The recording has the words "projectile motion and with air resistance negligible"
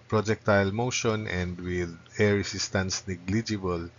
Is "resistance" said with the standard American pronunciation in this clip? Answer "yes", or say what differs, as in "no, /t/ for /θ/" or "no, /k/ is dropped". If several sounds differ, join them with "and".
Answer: no, /s/ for /z/